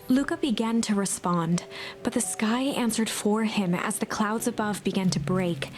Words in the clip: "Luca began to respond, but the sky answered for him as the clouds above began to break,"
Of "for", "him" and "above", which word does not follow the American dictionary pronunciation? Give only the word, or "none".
none